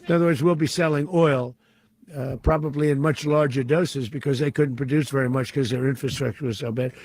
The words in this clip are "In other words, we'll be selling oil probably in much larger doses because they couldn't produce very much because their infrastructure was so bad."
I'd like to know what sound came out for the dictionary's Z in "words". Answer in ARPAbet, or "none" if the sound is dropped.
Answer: Z